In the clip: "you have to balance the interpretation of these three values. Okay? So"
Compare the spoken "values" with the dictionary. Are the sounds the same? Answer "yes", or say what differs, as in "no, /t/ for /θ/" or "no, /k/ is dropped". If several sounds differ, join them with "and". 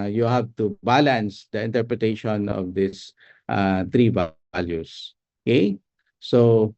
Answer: no, /s/ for /z/